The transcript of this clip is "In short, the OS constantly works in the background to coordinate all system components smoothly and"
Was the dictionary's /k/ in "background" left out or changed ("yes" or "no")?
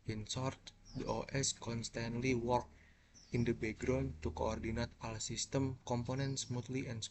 yes